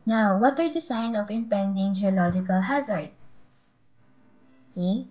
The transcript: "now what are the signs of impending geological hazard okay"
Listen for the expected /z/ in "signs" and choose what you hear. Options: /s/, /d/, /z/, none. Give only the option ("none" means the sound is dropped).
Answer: none